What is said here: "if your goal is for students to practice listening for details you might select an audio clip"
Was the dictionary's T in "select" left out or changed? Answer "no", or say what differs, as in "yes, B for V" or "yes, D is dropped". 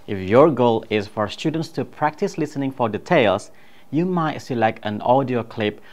no